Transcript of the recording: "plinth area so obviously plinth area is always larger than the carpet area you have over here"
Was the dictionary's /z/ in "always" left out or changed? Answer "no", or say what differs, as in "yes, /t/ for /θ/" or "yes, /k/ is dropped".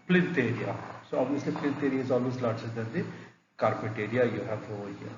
yes, /s/ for /z/